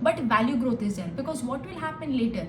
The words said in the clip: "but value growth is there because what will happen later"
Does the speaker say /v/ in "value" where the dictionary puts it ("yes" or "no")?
yes